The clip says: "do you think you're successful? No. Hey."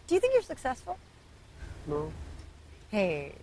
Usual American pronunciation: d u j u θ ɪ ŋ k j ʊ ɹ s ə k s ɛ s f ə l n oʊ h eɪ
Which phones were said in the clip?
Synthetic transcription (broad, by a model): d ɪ j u θ ɪ ŋ k j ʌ ɹ s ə k s ɛ s f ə l n oʊ h eɪ